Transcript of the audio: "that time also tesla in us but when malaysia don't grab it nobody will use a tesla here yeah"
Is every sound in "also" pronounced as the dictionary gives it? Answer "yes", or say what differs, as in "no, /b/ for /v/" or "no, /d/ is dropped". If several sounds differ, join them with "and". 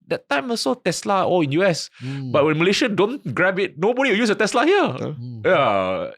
no, /l/ is dropped